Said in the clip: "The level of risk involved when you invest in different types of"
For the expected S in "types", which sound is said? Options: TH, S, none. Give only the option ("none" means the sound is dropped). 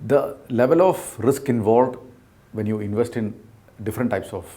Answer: S